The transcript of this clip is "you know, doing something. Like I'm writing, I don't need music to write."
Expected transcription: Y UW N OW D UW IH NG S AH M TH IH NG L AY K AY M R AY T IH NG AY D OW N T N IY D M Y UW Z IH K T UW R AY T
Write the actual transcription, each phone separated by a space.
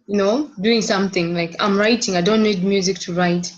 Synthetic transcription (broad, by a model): Y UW N OW D UW IH NG S AH M TH IH NG L AY K AY M R AY T IH NG AY D OW N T N IY D M Y UW Z IH K T UW R AY T